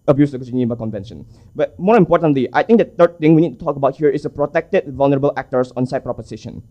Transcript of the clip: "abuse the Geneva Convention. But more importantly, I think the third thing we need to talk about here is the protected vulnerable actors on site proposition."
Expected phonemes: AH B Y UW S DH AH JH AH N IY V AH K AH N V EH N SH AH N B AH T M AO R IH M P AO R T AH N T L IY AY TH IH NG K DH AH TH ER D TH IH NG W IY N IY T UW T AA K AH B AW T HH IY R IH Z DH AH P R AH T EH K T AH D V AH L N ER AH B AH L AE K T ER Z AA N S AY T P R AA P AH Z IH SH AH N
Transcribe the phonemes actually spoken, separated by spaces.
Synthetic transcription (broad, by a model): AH B Y UW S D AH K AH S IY B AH K AH N V EH N SH AH N B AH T M AO R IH M P AO T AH N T L IY AY T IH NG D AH T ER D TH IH NG W IY N IY T UW T AA K AH B AW T HH IY R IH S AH P R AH T EH K T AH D V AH L N ER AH B AH L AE K T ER S AA N S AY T P R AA P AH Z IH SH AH N